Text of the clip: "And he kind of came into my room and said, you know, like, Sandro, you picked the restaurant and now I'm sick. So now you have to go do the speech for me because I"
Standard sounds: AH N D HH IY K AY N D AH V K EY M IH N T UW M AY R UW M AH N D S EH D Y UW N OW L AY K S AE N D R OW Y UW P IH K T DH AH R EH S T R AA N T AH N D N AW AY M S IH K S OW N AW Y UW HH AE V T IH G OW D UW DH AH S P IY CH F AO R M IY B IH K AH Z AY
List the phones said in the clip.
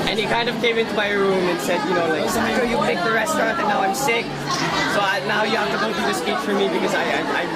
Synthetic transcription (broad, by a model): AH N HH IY K AY N D AH V K EY M IH N T UW M AY R UW M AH N S EH D Y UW N OW L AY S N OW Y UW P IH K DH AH R EH S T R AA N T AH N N AW AY M S IH K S OW N AW Y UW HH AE F T IH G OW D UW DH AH S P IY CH F AO R M IY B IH K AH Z AY